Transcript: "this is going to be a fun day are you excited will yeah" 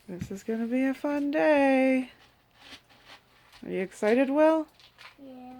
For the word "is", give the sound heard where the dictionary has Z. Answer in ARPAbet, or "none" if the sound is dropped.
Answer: Z